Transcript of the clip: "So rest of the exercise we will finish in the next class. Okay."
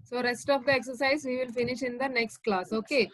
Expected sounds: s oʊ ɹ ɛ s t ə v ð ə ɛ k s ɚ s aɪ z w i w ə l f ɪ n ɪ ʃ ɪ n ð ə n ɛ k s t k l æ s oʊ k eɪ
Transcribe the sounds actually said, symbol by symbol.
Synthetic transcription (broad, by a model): s oʊ ɹ ɛ s t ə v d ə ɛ k s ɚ s aɪ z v i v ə l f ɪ n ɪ ʃ ɪ n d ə n ɛ k s t k l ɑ s oʊ k eɪ